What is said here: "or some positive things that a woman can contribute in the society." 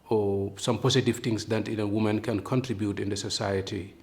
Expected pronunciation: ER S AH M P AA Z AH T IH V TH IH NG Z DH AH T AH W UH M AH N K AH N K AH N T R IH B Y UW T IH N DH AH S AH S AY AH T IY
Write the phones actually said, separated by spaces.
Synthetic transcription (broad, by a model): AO S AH M P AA S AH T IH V T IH NG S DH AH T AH W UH M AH N K AH N K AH N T R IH B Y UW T IH N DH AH S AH S AY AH T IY